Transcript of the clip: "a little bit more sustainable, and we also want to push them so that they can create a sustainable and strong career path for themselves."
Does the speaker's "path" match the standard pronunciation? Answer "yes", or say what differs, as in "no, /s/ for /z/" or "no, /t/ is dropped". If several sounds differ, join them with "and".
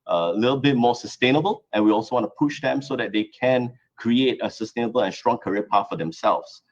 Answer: no, /t/ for /θ/